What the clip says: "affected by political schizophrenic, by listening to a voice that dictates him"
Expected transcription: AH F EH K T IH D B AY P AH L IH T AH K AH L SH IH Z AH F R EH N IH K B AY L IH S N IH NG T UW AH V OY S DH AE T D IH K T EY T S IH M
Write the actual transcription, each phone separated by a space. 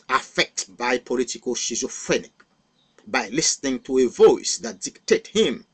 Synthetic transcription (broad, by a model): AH F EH K T B AY P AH L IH T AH K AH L SH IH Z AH F R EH N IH K B AY L IH S N IH NG T UW AH V OY S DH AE T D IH K T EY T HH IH M